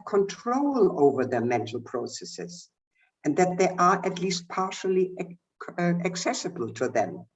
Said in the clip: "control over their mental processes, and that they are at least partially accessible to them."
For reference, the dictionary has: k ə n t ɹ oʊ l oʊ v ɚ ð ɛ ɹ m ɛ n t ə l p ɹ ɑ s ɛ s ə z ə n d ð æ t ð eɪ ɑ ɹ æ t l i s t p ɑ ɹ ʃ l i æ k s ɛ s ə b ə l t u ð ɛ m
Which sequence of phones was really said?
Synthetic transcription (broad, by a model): k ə n t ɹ oʊ l oʊ v ɚ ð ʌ m ɛ n t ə l p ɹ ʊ s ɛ s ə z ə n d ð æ t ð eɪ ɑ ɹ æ t l i s t p ɑ ɹ ʃ l i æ k s ɛ s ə b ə l t u ð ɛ m